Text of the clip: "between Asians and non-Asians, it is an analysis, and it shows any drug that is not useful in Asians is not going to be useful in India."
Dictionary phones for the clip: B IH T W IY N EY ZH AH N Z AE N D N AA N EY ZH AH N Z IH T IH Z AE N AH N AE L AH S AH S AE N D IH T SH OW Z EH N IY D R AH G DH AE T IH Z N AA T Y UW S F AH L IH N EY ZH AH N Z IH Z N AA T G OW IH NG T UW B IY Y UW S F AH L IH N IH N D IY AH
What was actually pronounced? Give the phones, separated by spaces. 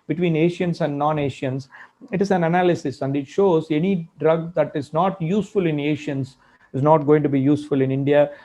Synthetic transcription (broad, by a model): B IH T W IY N EY SH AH N S AE N D N AA N EY SH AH N S IH T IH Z AE N AH N AE L AH S AH S AE N D IH T SH OW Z EH N IY D R AH G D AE T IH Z N AA T Y UW S F AH L IH N EY SH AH N S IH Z N AA T G OW IH NG T UW B IY Y UW S F AH L IH N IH N D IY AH